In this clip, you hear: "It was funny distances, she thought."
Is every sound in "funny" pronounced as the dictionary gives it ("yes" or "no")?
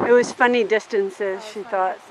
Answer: yes